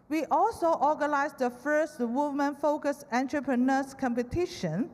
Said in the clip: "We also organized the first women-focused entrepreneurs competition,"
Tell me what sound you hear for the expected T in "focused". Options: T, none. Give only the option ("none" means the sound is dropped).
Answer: none